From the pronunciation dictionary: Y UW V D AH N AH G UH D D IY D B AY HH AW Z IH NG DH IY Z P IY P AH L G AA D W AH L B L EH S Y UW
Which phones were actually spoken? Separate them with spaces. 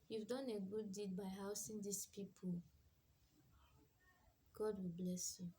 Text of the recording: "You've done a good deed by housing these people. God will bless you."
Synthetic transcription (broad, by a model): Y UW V D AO N AH G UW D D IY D B AY HH AW S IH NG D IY S P IY P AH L G AA D W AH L B L EH S Y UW